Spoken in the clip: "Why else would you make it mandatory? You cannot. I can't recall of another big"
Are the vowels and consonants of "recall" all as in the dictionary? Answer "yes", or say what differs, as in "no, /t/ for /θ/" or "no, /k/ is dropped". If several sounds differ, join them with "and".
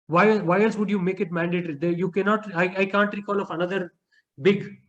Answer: yes